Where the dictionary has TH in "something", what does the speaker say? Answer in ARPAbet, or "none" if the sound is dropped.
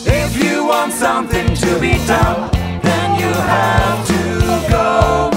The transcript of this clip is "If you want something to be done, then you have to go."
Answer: TH